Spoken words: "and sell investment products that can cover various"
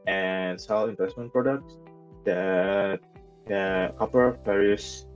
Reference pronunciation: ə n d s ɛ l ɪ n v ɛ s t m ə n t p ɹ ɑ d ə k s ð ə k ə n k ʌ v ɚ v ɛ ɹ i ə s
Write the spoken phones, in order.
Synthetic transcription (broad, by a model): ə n s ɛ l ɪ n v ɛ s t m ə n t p ɹ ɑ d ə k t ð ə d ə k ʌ p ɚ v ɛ ɹ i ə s